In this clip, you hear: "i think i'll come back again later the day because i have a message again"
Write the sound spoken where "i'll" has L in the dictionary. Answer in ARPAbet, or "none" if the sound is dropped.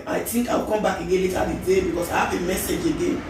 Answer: W